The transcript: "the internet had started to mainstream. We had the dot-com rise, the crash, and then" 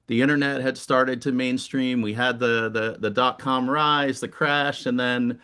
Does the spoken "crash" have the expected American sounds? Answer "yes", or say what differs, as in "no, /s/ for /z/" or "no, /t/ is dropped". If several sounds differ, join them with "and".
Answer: yes